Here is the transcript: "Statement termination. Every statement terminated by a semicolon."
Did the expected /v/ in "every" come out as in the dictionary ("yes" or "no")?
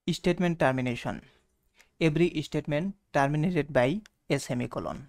no